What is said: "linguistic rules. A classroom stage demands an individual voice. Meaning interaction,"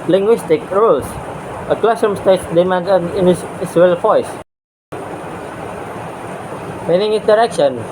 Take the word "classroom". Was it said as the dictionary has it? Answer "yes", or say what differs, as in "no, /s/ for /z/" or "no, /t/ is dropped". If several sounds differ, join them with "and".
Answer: no, /ɹ/ is dropped